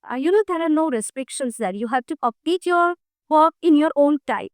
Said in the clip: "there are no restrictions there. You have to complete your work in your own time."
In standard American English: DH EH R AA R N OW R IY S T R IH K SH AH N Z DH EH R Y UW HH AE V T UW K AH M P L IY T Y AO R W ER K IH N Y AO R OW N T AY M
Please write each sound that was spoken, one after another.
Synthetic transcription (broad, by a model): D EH R AA R N OW R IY S T R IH K SH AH N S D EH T Y UW HH AE V T UW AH P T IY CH Y AO R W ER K IH N Y AO R OW N T AY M